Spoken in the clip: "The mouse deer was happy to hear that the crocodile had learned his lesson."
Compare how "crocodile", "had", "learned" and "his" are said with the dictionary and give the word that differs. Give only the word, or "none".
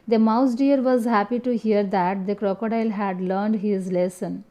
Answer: none